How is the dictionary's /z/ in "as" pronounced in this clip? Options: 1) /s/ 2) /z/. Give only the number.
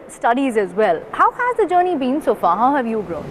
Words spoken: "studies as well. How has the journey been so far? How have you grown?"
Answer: 2